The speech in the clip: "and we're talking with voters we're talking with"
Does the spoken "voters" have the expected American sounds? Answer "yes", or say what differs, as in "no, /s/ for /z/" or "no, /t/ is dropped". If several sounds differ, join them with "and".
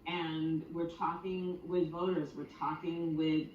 yes